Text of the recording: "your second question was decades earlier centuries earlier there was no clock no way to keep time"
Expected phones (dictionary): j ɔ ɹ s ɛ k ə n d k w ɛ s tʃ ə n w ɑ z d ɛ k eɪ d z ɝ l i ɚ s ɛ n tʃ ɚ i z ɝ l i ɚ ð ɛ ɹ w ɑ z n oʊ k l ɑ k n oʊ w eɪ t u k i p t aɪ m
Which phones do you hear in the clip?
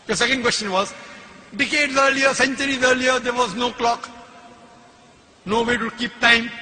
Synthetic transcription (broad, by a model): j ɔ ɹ s ɛ k ə n d k w ɛ s tʃ ə n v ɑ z d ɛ k eɪ d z ɝ l i ɚ s ɛ n tʃ ɚ i z ɝ l i ɚ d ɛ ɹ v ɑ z n oʊ k l ɑ k n oʊ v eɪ t u k i p t aɪ m